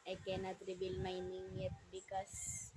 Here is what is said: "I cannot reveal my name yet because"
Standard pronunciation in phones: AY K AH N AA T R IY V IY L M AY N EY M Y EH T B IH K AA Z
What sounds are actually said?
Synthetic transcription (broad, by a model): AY K AH N AA T R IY B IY L M AY N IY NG Y EH T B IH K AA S